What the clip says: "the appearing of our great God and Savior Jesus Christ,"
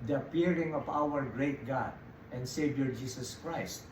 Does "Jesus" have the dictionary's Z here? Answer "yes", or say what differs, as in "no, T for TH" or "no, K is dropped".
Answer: no, S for Z